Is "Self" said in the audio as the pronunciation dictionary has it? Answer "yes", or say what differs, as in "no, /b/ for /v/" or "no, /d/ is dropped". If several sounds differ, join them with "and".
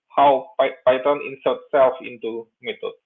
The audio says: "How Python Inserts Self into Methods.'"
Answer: yes